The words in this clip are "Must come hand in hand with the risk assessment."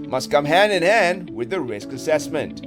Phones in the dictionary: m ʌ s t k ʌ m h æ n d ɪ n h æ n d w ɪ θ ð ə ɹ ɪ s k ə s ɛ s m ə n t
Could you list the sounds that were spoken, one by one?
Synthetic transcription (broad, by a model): m ʌ s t k ʌ m h æ n d ɪ n h æ n d w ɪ ð ə ɹ ɪ s k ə s ɛ s m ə n t